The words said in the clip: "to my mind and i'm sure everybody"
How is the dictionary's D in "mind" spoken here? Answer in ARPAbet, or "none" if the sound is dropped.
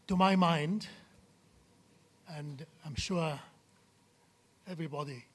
D